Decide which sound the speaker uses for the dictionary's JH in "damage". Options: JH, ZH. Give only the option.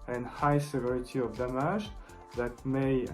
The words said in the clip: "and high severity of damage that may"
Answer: ZH